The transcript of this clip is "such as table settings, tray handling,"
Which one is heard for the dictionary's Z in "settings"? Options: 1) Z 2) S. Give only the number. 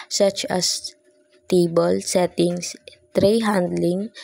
2